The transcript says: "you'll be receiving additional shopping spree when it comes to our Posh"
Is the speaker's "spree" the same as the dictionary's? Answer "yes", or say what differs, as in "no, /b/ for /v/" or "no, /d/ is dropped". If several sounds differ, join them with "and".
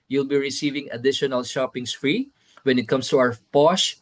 no, /f/ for /p/